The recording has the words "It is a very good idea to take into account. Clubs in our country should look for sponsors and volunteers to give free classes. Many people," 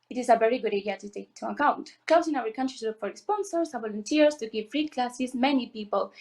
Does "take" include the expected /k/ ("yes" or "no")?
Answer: no